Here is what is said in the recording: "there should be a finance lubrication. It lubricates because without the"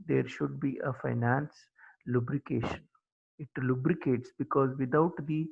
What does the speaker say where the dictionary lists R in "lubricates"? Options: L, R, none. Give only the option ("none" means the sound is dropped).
R